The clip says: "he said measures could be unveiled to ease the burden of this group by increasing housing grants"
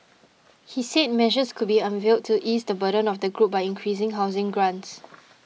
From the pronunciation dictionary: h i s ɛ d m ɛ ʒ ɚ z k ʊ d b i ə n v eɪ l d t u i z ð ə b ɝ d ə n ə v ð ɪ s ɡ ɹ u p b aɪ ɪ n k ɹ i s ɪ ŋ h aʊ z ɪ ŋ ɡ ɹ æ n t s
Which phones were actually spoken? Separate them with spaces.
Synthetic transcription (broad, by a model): h i s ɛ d m ɛ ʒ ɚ s k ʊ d b i ə n v eɪ l d t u i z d ə b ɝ d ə n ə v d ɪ ɡ ɹ u p b aɪ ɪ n k ɹ i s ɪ ŋ h aʊ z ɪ ŋ ɡ ɹ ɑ n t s